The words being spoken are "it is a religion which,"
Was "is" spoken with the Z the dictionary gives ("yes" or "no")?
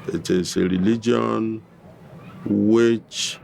no